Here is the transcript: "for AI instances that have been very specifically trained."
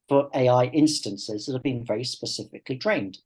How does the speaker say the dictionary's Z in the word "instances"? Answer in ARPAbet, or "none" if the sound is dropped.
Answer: Z